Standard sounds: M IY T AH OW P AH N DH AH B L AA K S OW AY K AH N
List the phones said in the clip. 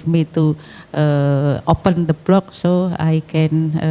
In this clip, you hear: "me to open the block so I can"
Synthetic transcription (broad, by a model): M IY T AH OW P AH N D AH B L AA K S OW AY K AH N